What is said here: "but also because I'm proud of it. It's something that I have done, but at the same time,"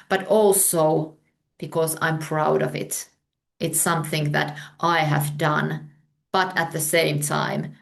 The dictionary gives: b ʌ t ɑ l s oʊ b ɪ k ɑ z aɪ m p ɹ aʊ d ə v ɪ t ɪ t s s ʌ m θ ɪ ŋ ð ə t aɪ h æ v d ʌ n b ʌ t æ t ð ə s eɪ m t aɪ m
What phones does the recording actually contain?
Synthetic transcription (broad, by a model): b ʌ t ɑ l s oʊ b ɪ k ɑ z aɪ m p ɹ aʊ d ə v ɪ t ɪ t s s ʌ m θ ɪ ŋ ð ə t aɪ h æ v d ʌ n b ʌ t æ t ð ə s eɪ m t aɪ m